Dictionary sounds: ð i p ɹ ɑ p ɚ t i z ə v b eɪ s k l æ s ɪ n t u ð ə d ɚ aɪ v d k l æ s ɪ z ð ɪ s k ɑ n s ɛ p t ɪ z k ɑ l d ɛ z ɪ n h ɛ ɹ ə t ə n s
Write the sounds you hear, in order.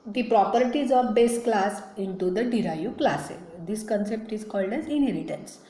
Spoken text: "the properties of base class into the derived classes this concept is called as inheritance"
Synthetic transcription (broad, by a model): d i p ɹ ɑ p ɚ t i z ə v b eɪ s k l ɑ s ɪ n t u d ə d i aɪ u k l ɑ s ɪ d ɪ s k ɑ n s ɛ p t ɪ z k ɑ l d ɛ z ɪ n h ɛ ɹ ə t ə n s